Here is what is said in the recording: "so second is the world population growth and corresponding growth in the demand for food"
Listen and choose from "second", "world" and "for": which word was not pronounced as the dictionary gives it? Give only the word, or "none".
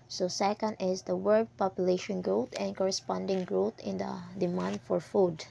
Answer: world